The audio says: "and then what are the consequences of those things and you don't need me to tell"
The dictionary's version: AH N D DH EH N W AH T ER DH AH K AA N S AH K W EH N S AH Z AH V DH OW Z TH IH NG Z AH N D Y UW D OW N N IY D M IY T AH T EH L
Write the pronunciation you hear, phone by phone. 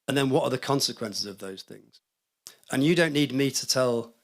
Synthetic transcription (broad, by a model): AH N DH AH N W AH T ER DH AH K AA N S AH K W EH N S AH Z AH V DH OW Z TH IH NG Z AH N Y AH D OW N N IY D M IY T AH T EH L